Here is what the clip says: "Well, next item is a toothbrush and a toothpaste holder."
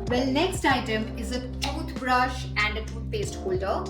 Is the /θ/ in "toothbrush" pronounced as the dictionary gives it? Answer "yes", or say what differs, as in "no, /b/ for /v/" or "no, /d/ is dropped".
no, /t/ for /θ/